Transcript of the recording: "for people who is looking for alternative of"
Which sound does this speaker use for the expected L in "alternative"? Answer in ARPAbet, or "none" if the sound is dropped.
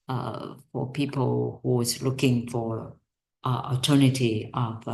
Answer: none